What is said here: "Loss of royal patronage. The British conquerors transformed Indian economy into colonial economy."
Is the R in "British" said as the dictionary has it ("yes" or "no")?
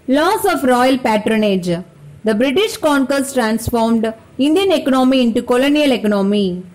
yes